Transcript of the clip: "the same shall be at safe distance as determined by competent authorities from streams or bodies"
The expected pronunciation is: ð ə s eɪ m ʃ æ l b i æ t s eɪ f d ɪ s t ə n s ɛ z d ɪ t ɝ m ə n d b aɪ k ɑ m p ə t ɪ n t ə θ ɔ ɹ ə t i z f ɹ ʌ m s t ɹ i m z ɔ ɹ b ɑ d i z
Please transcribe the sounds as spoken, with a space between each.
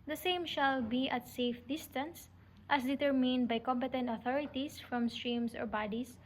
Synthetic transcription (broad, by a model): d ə s eɪ m ʃ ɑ l b i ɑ t s eɪ f d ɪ s t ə n s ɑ s d ɪ t ɝ m ə n d b aɪ k ɑ m p ə t ɪ n t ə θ ɔ ɹ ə t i s f ɹ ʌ m s t ɹ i m s ɔ ɹ b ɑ d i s